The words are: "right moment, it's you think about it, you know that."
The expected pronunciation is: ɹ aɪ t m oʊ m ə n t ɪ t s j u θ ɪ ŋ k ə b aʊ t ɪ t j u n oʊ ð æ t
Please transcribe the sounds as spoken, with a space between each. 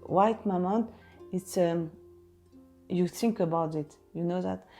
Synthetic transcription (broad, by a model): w aɪ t m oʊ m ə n ɪ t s j u θ ɪ ŋ k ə b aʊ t ɪ t j u n oʊ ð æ t